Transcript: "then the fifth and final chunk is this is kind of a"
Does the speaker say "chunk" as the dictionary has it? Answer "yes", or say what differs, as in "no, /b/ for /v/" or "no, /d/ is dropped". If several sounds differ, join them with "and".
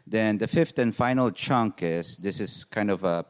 yes